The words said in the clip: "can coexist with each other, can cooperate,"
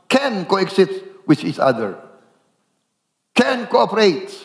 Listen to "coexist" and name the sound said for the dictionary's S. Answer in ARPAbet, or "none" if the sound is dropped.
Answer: none